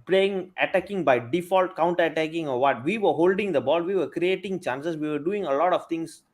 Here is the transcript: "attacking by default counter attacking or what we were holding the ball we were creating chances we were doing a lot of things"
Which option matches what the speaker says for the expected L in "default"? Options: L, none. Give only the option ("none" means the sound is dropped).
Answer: L